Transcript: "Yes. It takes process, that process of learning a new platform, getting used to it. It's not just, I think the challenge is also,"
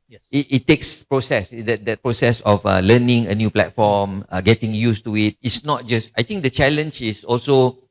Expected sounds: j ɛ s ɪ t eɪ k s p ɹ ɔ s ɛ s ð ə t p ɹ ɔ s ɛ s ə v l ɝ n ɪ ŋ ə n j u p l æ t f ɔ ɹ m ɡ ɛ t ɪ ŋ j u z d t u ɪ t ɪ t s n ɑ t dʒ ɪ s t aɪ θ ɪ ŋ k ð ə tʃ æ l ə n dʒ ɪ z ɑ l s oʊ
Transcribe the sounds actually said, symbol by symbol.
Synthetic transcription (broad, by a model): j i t ɪ t eɪ k s p ɹ ɔ s ɛ s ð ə t p ɹ ɔ s ɛ s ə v l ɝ n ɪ ŋ ə n j u p l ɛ t f ɔ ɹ m ɡ ɛ t ɪ ŋ j u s t u ɪ t ɪ t s n ɑ t dʒ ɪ s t aɪ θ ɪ ŋ k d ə tʃ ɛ l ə n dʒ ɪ s ɑ l s oʊ